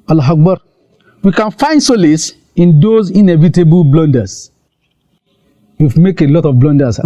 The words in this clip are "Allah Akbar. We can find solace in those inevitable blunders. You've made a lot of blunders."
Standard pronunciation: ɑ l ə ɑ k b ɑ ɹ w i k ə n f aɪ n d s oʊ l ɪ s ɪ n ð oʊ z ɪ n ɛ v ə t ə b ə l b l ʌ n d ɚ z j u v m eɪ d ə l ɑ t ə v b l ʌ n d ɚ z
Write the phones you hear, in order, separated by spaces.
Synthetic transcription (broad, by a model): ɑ l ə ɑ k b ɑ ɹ w i k ə n f aɪ n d s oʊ l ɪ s ɪ n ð oʊ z ɪ n ɛ v ə t ə b ə l b l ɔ n d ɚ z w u f m eɪ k ə l ɑ t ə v b l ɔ n d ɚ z